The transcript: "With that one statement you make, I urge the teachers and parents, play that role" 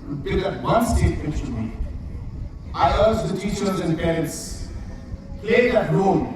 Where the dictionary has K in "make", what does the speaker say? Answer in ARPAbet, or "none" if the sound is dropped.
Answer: none